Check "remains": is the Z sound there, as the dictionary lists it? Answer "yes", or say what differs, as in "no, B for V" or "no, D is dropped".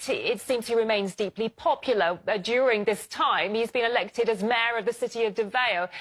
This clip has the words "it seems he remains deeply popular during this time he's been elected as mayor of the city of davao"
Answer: yes